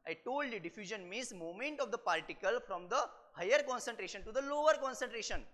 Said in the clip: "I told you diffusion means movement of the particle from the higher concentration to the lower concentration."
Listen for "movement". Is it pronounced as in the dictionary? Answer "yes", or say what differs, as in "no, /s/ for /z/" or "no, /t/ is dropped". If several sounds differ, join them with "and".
no, /v/ is dropped